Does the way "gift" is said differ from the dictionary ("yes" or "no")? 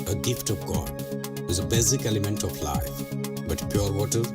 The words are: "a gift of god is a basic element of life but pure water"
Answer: no